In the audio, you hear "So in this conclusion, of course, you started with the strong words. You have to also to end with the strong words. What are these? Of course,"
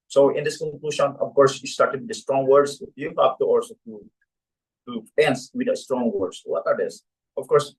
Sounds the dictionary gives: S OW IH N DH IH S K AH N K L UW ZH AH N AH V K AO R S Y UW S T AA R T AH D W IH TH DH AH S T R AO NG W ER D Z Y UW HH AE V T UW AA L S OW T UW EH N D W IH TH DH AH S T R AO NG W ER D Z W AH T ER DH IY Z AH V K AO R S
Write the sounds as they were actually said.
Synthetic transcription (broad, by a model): S OW IH N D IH S K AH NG K L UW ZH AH N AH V K AO R S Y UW S T AA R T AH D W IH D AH S T R AO NG W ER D S Y UW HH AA P T UW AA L S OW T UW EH N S W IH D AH S T R AO NG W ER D S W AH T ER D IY S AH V K AO R S